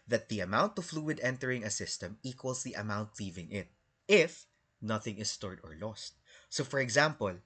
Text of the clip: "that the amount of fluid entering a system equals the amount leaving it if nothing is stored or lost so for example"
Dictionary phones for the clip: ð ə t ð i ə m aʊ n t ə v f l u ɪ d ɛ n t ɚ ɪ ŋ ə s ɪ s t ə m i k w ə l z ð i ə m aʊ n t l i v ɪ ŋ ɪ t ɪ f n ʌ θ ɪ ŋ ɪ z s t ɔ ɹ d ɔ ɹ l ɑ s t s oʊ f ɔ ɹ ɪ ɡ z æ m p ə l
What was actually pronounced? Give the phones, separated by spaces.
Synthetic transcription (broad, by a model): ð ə t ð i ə m aʊ n t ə f l u ɪ d ɛ n t ɚ ɪ ŋ ə s ɪ s t ə m i k w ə l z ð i ə m aʊ n t l i v ɪ ŋ ɪ t ɪ f n ʌ θ ɪ ŋ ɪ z s t ɔ ɹ d ɔ ɹ l ɑ s t s oʊ f ɔ ɹ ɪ ɡ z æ m p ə l